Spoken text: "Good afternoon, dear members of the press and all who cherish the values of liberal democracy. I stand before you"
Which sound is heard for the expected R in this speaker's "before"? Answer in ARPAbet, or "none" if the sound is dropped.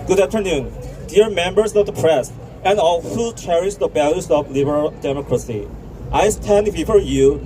R